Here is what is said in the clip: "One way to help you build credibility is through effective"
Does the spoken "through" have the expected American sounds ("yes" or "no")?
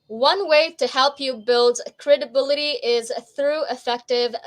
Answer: yes